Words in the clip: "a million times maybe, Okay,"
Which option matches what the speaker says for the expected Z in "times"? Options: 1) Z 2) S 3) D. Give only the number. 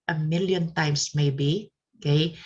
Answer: 2